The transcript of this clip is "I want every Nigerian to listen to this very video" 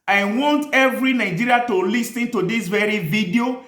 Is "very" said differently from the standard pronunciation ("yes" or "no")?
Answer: no